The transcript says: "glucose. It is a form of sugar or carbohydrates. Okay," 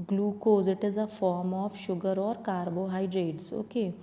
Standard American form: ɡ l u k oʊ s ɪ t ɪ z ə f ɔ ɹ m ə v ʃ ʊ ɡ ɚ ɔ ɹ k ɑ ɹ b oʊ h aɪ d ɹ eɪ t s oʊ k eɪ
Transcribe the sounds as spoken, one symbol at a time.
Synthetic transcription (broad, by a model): ɡ l u k oʊ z ɪ t ɪ z ə f ɔ ɹ m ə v ʃ ʊ ɡ ɚ ɔ ɹ k ɑ ɹ b oʊ h aɪ d ɹ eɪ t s oʊ k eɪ